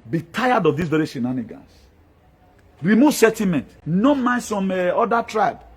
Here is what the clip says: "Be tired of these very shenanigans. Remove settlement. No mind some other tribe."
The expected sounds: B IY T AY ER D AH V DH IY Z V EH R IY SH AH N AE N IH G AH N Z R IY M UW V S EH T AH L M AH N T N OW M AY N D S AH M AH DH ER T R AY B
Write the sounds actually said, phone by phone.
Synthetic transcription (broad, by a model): B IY T AY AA D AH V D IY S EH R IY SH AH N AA N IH G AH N S R IY M UW V S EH T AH M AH N T N OW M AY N S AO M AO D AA T R AY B